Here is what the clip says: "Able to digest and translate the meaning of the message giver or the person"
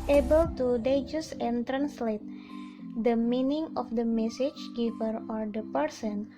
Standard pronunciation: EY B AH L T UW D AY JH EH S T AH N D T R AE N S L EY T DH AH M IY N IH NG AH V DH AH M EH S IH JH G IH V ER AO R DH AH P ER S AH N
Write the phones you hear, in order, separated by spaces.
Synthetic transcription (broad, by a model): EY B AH L T UW D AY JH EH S AH N T R AE N S L EY T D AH M IY N IH NG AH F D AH M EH S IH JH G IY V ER AO R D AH P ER S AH N